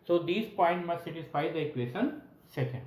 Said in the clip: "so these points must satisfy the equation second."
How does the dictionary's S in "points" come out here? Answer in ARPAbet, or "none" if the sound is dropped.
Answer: none